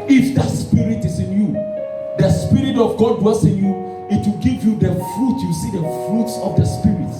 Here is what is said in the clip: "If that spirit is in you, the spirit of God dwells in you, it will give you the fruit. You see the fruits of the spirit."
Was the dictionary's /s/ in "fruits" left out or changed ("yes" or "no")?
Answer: no